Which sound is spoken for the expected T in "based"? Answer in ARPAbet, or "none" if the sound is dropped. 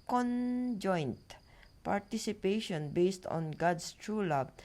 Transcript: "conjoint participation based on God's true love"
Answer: T